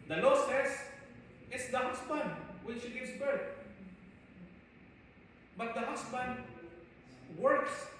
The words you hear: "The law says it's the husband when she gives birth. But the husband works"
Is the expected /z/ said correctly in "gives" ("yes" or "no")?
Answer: no